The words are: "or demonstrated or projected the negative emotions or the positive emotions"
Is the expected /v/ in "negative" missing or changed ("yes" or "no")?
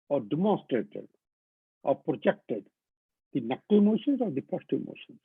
yes